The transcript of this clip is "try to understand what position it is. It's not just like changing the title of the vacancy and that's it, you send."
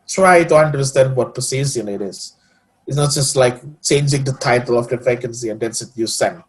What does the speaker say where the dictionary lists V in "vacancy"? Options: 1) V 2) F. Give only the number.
2